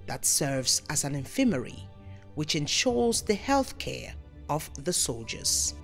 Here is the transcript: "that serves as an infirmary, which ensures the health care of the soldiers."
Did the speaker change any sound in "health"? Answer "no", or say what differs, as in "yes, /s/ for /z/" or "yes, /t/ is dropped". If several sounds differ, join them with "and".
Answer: no